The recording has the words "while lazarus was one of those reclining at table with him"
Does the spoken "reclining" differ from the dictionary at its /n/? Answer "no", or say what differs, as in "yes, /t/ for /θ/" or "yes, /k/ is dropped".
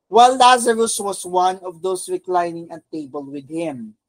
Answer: no